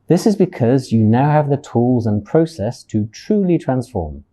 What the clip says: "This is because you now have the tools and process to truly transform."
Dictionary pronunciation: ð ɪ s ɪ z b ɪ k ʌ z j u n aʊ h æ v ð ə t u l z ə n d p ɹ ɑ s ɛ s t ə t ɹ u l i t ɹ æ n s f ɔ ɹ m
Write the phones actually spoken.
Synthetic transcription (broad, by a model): ð ɪ s ɪ z b ɪ k ʌ z j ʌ n aʊ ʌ v ð ə t u l z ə n p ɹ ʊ s ɛ s t ə t ɹ u l i t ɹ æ n s f ɔ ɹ m